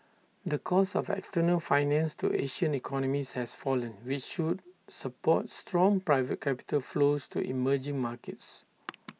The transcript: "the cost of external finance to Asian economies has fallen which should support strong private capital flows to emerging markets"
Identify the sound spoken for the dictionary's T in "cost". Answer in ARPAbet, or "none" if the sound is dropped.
none